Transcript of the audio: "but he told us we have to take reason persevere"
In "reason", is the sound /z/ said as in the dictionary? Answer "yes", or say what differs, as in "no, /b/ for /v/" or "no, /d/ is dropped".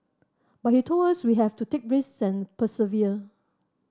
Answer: no, /s/ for /z/